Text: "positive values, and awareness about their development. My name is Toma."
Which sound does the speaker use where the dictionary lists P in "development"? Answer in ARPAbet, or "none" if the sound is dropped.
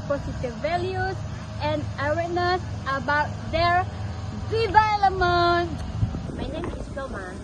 none